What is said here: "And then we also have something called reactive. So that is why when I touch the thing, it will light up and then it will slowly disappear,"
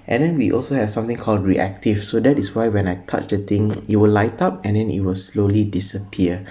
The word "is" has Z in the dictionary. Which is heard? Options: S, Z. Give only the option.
S